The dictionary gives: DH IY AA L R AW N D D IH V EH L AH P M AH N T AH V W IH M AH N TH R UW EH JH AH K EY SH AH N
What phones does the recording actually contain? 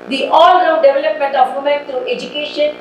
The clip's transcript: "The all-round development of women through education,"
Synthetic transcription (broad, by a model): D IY AA L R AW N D D IH V EH L AH P M AH N T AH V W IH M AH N T R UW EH JH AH K EY SH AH N